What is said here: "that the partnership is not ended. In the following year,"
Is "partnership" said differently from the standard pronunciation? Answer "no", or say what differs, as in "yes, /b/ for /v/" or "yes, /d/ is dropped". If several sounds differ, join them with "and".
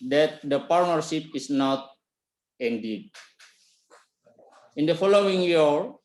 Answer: yes, /s/ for /ʃ/